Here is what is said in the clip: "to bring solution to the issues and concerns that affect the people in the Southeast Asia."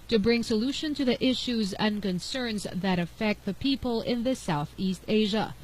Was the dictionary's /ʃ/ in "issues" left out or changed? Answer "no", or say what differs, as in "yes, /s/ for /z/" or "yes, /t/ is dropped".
no